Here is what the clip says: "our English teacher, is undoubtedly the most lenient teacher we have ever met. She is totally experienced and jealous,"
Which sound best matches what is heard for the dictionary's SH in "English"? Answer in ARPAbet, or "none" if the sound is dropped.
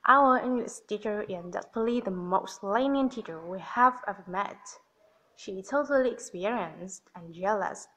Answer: S